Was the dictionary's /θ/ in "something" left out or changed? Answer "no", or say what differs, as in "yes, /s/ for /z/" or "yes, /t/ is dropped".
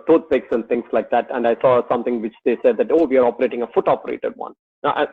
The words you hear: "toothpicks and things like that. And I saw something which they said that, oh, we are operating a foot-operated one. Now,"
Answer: yes, /t/ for /θ/